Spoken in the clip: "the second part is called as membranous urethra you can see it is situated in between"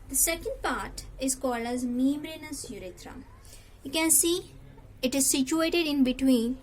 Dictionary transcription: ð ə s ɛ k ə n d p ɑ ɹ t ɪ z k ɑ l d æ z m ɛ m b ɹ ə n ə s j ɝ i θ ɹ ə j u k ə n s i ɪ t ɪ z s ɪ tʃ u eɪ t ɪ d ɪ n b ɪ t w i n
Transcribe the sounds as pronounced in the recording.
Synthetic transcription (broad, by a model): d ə s ɛ k ə n d p ɑ ɹ t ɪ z k ɑ l d æ z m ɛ m ɹ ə n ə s j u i t ɹ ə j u k ə n s i ɪ t ɪ z s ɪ tʃ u eɪ t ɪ d ɪ n b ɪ t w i n